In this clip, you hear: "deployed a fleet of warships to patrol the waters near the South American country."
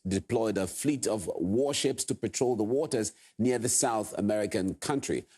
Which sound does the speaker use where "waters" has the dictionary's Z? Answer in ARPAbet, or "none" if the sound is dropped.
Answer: Z